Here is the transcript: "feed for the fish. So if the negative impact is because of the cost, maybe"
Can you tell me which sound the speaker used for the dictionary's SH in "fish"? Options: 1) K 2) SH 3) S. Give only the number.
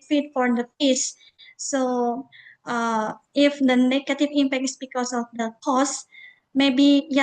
3